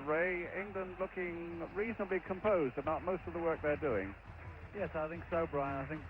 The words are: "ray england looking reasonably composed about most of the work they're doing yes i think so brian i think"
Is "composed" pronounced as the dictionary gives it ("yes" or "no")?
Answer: yes